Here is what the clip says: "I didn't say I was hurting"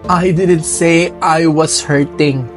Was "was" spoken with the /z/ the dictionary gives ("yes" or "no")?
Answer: no